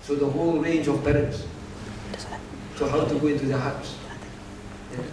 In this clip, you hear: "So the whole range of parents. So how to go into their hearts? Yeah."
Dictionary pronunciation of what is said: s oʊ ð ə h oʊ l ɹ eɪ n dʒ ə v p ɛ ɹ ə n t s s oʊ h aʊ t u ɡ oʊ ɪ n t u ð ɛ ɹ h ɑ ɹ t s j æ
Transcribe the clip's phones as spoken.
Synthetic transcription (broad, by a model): s oʊ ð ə h oʊ l ɹ eɪ n dʒ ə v b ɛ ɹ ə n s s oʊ h aʊ t u ɡ oʊ ɪ n t u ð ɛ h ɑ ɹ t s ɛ